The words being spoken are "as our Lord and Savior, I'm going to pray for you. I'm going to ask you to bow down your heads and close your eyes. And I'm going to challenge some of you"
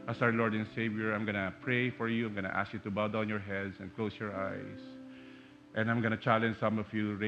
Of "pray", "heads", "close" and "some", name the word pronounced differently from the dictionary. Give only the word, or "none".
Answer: heads